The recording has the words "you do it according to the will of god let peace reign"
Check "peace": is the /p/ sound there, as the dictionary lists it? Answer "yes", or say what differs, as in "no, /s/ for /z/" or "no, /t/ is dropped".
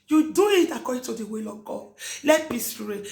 no, /b/ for /p/